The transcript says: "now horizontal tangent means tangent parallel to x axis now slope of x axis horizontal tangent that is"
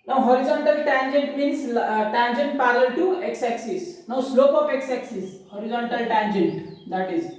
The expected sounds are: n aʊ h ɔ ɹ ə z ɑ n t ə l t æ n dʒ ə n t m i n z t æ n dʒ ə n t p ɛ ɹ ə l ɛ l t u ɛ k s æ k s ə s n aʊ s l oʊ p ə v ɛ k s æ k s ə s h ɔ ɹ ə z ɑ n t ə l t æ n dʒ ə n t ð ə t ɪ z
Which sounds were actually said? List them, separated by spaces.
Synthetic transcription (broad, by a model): n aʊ h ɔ ɹ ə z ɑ n t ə l t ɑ n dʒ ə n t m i n s t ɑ n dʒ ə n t p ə l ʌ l t u ɛ k s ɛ k s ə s n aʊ s l oʊ p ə p ɛ k s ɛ k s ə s h ɔ ɹ ə z ɑ n t ə l t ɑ n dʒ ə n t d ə t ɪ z